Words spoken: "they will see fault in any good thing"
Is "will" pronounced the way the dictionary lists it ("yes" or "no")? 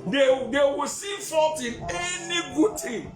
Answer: no